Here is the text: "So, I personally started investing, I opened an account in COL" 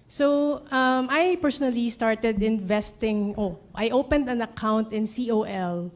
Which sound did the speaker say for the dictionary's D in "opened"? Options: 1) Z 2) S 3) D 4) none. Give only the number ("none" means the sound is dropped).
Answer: 3